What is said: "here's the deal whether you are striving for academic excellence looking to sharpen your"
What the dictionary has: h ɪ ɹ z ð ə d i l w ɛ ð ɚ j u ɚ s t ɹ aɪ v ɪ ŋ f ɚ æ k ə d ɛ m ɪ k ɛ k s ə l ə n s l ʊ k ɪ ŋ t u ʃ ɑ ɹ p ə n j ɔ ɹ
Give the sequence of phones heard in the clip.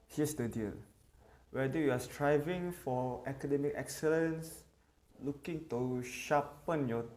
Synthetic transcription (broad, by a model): h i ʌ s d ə d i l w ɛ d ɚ j u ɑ s t ɹ aɪ v ɪ ŋ f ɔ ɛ k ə d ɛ m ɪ k ɛ k s ə l ə n s l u k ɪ ŋ t u ʃ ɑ p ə n j ɔ